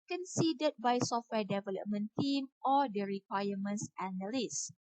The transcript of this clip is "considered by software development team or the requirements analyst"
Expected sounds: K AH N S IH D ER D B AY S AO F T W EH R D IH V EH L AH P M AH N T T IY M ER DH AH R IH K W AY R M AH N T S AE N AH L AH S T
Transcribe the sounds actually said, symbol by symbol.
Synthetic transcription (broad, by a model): K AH N S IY D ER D B AY S AO F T W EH D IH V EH L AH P M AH N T T IY M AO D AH R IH K W AY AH M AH N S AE N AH L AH S